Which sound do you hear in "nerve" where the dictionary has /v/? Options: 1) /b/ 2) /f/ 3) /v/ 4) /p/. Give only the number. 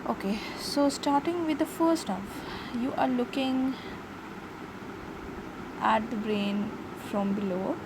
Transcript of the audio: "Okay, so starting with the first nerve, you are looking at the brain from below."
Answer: 2